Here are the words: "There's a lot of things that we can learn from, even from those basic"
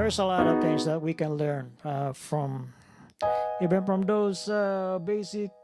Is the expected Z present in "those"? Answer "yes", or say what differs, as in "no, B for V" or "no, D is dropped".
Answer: no, S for Z